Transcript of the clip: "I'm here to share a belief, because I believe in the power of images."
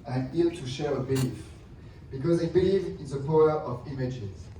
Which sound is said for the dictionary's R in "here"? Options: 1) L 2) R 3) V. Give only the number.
1